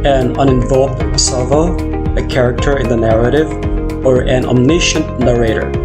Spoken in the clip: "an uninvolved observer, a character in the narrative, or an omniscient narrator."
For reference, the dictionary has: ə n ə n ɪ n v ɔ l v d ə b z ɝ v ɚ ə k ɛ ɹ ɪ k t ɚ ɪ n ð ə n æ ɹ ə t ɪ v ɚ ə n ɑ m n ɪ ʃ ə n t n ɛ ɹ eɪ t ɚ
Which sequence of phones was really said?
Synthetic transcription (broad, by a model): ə n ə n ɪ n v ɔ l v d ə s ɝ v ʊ ə k ɛ ɹ ɪ k t ɚ ɪ n ð ə n æ ɹ ə t ɪ v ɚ ə n ɑ m n ɪ ʃ ə n t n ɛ ɹ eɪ t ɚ